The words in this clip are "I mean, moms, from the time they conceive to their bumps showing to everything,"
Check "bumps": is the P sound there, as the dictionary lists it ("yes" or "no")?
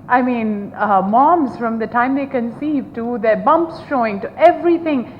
yes